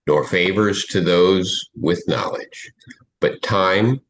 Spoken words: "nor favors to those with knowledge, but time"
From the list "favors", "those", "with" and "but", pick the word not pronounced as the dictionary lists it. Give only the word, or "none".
none